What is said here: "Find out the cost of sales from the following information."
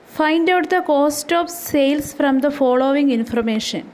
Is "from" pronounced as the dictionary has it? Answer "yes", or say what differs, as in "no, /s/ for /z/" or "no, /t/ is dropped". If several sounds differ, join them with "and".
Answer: yes